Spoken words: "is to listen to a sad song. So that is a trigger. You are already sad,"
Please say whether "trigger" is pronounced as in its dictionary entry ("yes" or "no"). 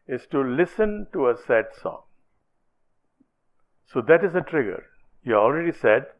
yes